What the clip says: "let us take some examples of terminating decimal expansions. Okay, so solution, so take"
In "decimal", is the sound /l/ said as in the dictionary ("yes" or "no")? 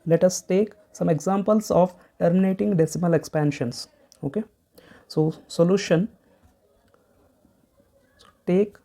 yes